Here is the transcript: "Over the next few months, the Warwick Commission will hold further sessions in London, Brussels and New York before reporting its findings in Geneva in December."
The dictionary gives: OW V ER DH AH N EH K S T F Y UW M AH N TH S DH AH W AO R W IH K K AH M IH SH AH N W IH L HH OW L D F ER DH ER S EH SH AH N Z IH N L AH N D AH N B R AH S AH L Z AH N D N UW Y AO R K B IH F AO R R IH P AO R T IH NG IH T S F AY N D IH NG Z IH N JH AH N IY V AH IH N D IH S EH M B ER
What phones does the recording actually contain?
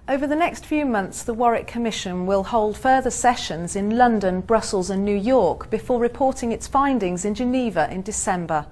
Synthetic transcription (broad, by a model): OW V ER DH AH N EH K S T F Y UW M AH N TH S DH AH W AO R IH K K AH M IH SH AH N W IH L HH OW L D F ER DH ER S EH SH AH N Z IH N L AH N D AH N B R AH S AH L Z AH N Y UW Y AO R K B IH F AO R R IH P AO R T IH NG IH T S F AY N D IH NG Z IH N JH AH N IY V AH IH N D IH S EH M B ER